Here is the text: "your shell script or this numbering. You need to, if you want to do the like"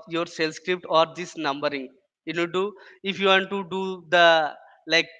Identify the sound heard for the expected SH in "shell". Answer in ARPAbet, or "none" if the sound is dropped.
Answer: S